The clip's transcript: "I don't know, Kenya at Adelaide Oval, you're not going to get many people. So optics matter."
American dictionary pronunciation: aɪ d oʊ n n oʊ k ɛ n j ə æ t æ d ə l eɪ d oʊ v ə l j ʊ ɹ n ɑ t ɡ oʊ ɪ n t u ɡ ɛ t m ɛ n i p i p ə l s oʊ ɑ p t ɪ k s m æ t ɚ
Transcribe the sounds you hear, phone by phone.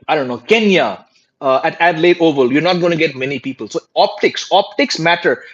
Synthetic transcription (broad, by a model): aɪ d oʊ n n oʊ k ɛ n j ə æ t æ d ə l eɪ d oʊ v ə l j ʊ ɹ n ɑ t ɡ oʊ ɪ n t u ɡ ɛ t m ɛ n i p i p ə l s oʊ ɑ p t ɪ k s m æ t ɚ